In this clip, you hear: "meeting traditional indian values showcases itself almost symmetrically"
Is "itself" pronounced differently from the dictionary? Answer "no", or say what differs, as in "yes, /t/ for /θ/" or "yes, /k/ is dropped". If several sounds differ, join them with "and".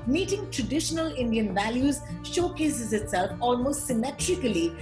no